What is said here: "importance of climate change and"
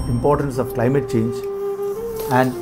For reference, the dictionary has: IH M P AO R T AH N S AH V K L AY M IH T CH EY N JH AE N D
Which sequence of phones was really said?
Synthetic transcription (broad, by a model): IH M P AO R T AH N S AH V K L AY M IH T CH EY N JH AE N D